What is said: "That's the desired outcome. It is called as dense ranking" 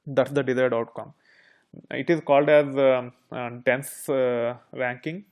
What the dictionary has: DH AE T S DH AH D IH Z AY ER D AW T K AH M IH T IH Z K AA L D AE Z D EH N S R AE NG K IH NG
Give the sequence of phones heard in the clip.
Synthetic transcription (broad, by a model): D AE T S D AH D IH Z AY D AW T K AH M IH T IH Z K AA L D AE Z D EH N S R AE NG K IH NG